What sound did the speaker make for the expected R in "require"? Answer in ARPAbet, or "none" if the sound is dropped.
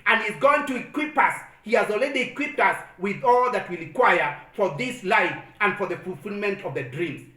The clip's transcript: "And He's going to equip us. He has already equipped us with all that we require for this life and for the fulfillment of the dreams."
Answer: L